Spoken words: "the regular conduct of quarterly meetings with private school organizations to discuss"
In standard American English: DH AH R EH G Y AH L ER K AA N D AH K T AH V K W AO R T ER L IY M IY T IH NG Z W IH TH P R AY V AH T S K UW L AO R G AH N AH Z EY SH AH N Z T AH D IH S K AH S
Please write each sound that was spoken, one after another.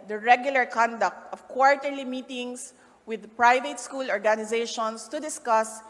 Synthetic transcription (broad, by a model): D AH R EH G Y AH L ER K AA N D AH K T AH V K W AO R T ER L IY M IY T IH NG S W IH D P R AY V AH T S K UW L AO R G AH N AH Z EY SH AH N S T AH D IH S K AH S